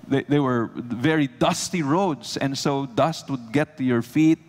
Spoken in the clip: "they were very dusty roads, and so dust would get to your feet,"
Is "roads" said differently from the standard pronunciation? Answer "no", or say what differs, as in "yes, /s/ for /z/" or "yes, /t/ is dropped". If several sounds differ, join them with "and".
yes, /s/ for /z/